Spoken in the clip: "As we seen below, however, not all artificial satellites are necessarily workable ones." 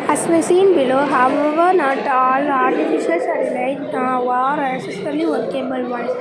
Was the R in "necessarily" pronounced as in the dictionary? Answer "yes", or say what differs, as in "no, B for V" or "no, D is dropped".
no, L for R